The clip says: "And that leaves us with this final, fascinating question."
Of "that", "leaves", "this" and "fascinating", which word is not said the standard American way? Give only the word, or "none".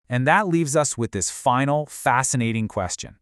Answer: none